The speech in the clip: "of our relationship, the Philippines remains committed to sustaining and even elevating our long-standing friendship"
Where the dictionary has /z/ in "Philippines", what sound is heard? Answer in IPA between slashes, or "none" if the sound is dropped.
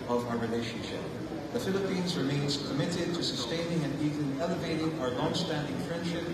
/z/